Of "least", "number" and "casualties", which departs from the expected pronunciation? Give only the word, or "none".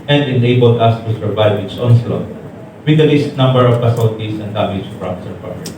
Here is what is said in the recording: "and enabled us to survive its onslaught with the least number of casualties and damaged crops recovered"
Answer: casualties